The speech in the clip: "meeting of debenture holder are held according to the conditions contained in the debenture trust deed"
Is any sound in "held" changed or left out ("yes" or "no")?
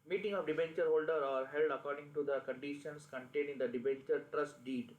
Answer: no